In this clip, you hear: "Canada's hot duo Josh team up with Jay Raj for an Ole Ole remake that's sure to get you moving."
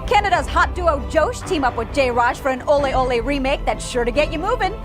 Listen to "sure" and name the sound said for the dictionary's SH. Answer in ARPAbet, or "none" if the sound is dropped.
SH